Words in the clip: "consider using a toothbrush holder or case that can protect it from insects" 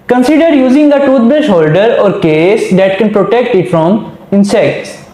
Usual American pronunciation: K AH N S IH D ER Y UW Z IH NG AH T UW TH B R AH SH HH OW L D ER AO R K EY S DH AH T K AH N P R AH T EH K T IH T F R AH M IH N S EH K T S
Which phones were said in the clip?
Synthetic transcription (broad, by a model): K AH N S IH D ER Y UW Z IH NG AH T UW T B AH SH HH OW L D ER AO R K EY S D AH T K AH N P R AH T EH K T IH T F R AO M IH N S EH K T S